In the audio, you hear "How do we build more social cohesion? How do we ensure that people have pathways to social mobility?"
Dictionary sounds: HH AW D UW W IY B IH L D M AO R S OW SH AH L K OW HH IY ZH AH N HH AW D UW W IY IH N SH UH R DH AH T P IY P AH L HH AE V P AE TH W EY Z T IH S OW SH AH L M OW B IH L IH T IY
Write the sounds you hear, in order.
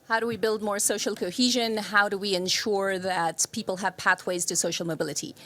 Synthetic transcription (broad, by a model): HH AW D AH W IY B IH L D M AO R S OW SH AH L K OW HH IY ZH AH N HH AW D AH W IY IH N SH UH R DH AH T P IY P L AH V P AE TH W EY Z T IH S OW SH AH L M OW B IH L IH T IY